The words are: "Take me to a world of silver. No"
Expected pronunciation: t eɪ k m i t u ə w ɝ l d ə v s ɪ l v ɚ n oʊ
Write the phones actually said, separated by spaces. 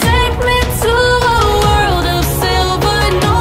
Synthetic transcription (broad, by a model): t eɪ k m i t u ə w ɝ l d ə v s ɪ l v ɚ n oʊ